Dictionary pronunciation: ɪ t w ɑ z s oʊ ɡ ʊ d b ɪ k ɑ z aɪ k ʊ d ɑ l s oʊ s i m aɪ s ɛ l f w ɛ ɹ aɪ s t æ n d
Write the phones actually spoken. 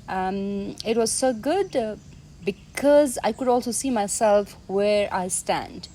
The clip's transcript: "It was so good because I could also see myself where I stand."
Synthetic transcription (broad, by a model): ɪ t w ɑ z s oʊ ɡ ʊ d b ɪ k ɑ z aɪ k ʊ d ɑ l s oʊ s i m aɪ s ɛ l f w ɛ ɹ aɪ s t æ n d